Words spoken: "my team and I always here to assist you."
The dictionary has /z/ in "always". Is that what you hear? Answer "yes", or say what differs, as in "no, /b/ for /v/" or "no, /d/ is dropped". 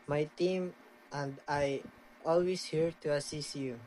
no, /s/ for /z/